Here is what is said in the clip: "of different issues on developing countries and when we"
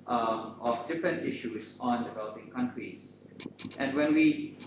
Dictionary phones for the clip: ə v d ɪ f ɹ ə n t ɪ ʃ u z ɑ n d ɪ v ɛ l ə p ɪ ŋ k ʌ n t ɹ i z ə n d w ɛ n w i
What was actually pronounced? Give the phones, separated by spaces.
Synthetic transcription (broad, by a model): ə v d ɪ f ɹ ə n t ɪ ʃ u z ɑ n d ɪ v ɛ l ə p ɪ ŋ k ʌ n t ɹ i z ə n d w ɛ n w i